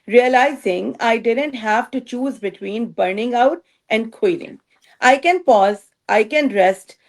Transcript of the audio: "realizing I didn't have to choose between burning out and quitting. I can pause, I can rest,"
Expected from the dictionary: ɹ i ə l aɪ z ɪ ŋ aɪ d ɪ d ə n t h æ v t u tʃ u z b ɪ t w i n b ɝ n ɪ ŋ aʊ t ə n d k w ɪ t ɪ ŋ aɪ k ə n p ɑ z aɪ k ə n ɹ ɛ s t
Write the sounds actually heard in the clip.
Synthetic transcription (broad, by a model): ɹ i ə l aɪ z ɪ ŋ aɪ d ɪ d ə n t h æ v t u tʃ u z b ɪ t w i n b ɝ n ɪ ŋ aʊ t ə n d k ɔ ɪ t ɪ ŋ aɪ k ə n p ɑ z aɪ k ə n ɹ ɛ s t